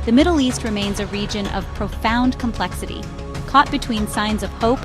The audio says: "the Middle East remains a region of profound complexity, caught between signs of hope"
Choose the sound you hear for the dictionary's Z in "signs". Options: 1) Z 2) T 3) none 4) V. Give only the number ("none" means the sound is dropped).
1